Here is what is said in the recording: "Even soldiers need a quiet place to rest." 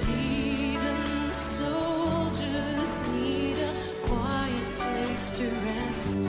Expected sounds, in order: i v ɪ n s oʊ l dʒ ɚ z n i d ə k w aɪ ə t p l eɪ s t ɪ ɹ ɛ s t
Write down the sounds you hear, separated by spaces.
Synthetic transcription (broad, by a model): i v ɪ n s oʊ l dʒ ɚ z n i d ə k w aɪ ə t p l eɪ s t ɪ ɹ ɛ s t